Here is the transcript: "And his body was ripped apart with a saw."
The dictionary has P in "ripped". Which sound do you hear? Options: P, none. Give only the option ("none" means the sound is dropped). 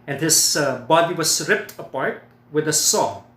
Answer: P